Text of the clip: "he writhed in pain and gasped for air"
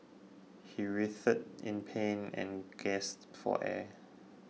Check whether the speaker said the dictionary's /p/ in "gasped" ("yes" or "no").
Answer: no